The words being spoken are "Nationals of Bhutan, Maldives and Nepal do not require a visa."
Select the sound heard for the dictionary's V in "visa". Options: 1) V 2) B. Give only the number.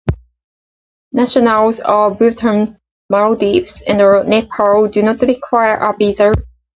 2